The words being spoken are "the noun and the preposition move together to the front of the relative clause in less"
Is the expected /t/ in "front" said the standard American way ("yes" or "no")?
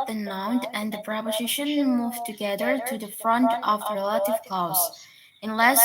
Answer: yes